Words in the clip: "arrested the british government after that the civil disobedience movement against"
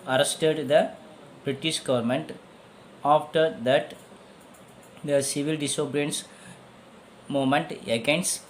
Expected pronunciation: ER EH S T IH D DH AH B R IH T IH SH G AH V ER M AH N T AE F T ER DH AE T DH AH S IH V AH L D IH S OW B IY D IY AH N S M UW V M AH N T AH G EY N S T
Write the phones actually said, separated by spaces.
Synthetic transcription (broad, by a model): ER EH S T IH D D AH B R IH T IH SH G AH V ER M AH N T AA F T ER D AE T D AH S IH V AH L D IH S OW B D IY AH N S M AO M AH N T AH G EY N S